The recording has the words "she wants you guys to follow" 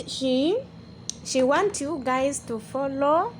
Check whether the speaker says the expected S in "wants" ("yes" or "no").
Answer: no